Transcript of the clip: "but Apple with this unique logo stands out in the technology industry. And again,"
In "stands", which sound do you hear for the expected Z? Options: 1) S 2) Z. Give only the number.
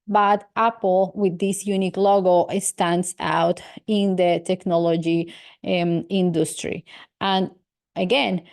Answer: 1